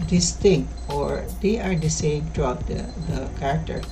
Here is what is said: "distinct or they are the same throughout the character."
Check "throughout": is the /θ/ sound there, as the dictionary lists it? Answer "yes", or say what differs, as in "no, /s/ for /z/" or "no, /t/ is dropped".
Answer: no, /t/ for /θ/